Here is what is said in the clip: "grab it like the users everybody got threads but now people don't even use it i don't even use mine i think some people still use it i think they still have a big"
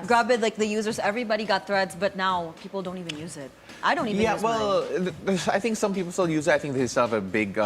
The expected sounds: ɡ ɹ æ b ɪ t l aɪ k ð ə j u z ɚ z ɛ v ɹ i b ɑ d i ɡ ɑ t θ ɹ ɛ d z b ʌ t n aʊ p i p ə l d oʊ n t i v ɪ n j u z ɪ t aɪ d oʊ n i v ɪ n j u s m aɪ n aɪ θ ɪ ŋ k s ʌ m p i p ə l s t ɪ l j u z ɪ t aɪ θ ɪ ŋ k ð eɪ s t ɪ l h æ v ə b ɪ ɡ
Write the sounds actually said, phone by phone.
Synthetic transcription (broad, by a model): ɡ ɹ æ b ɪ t l aɪ k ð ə j u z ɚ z ɛ v ɹ i b ɑ d i ɡ ɑ t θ ɹ ɛ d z b ʌ t n aʊ p i p ə l d oʊ n t i v ɪ n j u z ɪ t aɪ d oʊ n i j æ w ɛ l aɪ θ ɪ ŋ k s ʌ m p i p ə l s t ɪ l j u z ɪ t aɪ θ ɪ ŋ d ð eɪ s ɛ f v ə b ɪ ɡ